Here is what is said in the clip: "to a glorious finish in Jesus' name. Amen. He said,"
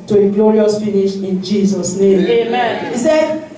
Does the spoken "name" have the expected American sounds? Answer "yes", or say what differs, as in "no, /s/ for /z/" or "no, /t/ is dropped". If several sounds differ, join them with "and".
yes